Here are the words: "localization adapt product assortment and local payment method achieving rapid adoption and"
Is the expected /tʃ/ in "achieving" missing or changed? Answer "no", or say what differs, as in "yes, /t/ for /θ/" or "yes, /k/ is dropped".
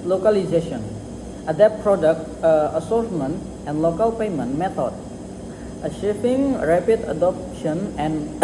yes, /ʃ/ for /tʃ/